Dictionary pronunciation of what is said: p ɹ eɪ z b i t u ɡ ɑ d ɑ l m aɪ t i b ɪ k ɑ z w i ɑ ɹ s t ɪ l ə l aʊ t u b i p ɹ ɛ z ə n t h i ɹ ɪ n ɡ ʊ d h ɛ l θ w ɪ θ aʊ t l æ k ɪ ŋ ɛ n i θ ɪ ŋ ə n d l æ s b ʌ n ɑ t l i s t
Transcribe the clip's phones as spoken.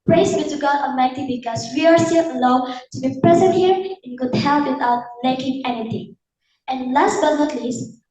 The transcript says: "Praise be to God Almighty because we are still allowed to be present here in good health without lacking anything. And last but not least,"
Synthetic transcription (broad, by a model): p ɹ eɪ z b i t u ɡ ɑ d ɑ m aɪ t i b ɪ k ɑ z w i ɑ ɹ s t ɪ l ə l aʊ t u b i p ɹ ɛ z ə n t h i ɹ ɪ n ɡ ʊ d h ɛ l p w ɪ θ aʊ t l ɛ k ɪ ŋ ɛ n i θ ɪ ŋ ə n l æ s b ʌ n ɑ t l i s